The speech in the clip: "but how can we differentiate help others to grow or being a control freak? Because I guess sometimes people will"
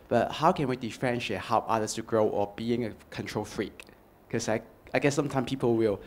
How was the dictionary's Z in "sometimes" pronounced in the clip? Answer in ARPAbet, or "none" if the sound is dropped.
none